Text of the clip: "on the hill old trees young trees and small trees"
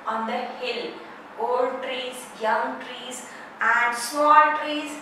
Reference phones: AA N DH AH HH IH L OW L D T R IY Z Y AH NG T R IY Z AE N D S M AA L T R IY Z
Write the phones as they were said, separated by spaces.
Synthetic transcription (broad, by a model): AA N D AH HH IH L OW L D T R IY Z Y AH NG T R IY Z AE N D S AA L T R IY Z